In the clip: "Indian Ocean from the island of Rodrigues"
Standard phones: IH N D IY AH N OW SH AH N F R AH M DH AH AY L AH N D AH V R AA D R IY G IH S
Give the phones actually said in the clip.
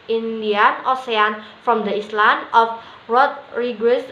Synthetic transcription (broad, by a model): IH N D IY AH N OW S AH N F R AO M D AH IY L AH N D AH F R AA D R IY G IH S